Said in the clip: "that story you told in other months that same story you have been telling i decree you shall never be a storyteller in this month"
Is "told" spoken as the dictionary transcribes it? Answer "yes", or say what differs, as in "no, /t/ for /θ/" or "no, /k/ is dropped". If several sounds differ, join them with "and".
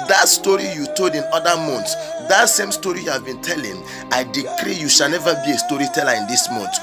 no, /l/ is dropped